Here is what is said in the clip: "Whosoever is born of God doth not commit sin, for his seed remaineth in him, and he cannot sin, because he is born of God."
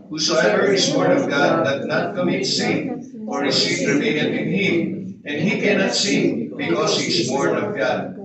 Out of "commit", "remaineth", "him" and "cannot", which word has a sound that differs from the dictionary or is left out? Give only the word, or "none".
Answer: remaineth